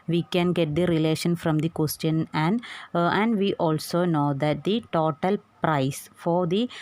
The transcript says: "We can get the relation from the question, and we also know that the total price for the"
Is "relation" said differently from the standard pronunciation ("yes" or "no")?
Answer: no